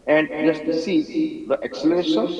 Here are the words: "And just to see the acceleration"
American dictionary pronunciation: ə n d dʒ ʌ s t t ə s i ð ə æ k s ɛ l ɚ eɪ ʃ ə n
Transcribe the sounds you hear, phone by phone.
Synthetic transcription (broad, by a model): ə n d dʒ ʌ s t s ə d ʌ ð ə k s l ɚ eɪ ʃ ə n